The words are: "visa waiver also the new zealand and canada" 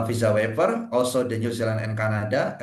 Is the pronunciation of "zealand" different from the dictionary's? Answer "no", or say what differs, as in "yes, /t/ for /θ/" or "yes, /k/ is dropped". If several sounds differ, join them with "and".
yes, /d/ is dropped